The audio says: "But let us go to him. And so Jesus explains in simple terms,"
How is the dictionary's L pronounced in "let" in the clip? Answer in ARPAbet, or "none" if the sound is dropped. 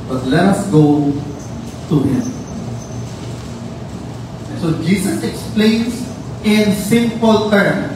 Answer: L